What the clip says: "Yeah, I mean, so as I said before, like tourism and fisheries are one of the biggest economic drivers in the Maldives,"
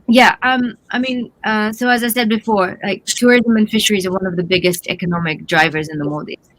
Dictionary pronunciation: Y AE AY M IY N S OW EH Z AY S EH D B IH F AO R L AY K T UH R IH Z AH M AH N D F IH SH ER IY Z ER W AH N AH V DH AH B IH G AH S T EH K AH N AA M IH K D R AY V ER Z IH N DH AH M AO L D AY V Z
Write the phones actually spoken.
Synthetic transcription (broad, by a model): Y AE AY M IY N S OW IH Z AY S EH D B IH F AO R L AY K T UH R IH Z AH M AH N F IH SH ER IY Z ER W AH N AH V DH AH B IH G AH S T EH K AH N AA M IH K D R AY V ER Z IH N DH AH M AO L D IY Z